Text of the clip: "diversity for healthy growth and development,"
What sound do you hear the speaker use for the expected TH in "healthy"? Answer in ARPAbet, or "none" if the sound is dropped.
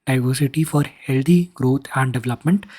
T